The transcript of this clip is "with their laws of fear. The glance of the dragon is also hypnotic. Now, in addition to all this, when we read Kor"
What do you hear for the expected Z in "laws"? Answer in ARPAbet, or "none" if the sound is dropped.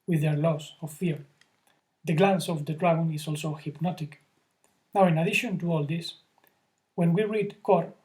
S